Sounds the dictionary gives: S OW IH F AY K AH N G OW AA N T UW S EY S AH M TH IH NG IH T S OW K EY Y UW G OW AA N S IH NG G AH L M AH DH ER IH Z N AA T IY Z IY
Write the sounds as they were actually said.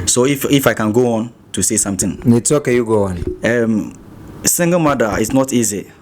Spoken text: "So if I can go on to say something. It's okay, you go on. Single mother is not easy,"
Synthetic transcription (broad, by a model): S OW IH F AY K AH N G OW AA N T UW S EY S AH M T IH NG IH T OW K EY Y UW G OW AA N S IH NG G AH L M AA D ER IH S N AA T IY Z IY